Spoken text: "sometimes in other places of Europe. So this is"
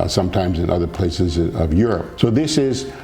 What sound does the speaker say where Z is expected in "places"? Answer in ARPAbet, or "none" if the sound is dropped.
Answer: Z